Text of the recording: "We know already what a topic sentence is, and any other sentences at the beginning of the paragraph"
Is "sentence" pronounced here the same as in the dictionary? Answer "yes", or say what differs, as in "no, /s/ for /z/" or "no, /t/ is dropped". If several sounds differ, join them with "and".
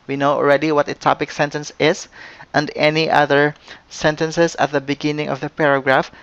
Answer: yes